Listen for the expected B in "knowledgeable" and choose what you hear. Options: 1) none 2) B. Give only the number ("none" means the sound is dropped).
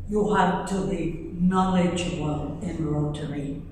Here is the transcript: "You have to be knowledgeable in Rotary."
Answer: 1